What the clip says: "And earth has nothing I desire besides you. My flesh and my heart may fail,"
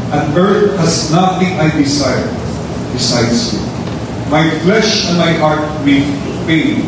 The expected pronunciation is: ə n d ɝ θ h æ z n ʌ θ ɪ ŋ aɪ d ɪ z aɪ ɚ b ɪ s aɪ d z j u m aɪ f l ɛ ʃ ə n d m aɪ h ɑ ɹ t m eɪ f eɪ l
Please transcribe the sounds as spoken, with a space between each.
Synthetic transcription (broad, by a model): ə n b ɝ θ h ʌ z n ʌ t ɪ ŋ aɪ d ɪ s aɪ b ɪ s aɪ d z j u m aɪ f l ɛ ʃ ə n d m aɪ h ɑ ɹ t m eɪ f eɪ